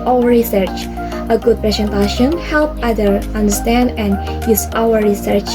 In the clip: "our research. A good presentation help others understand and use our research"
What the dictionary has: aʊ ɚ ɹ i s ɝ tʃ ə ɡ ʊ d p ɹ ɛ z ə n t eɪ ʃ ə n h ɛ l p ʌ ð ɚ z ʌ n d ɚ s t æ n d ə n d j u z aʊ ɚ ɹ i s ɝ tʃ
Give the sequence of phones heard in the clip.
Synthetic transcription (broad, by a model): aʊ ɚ ɹ i s ɝ tʃ ə ɡ ʊ d p ɹ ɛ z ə n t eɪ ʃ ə n h ɛ l p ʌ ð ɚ ʌ n d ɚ s t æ n d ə n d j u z aʊ ɚ ɹ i s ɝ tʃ